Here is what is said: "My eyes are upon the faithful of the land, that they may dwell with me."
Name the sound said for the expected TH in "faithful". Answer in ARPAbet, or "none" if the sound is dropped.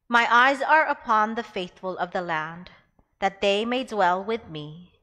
TH